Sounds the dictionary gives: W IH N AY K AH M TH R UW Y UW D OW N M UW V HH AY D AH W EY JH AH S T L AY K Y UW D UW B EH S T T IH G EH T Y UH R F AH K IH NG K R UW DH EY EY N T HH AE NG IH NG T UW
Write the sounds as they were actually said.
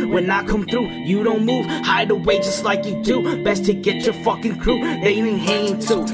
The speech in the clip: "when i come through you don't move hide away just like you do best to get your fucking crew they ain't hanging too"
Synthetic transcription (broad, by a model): W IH N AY K AH M TH R UW Y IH D OW N M UW V HH AY D AH W EY JH AH S T L AY K Y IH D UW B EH S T T IH G EH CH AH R F AH K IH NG K R UW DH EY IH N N HH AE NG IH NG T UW